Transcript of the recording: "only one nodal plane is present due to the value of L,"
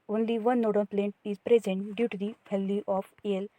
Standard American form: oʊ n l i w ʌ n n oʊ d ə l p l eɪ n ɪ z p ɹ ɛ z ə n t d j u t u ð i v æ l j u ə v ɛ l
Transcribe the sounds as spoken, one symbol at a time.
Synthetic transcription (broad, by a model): oʊ n l i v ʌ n n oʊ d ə n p l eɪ n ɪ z p ɹ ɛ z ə n t d j u t u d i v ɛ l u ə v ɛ l